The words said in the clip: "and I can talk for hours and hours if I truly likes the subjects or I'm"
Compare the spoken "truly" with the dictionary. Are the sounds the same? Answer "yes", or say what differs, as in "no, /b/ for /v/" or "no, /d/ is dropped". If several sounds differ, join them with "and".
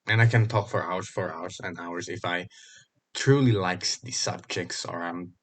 yes